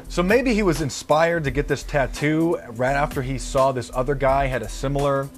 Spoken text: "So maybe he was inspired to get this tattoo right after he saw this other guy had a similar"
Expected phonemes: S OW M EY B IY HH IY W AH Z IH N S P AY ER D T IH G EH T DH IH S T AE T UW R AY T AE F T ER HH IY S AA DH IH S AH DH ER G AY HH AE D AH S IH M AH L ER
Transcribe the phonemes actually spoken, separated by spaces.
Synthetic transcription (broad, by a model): S OW M EY B IY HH IY W AH Z IH N S P AY ER D T IH G EH T DH IH S T AE T UW R AY T AE F T ER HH IY S AA DH IH S AH DH ER G AY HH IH D AH S IH M L ER